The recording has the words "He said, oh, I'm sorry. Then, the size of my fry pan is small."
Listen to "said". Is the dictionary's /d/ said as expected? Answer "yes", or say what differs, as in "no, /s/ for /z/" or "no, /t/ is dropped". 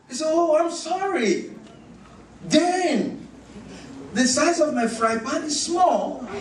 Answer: no, /d/ is dropped